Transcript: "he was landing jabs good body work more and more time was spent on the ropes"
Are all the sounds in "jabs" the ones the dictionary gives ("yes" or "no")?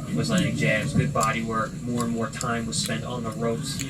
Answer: no